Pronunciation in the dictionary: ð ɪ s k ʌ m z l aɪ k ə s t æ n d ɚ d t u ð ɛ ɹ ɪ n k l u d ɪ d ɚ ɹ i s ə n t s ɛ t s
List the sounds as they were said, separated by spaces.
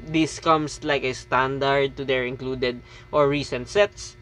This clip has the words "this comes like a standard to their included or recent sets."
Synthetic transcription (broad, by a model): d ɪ s k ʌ m s l aɪ k ə s t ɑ n d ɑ d t u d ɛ ɹ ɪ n k l u d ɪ d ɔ ɹ i s ə n t s ɛ t s